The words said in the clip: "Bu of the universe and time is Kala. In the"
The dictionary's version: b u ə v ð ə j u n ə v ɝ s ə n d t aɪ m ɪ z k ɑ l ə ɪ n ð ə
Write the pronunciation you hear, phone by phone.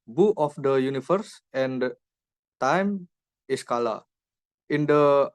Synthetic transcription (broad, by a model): b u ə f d ə j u n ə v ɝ s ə n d t aɪ m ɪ s k ɑ l ə ɪ n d ə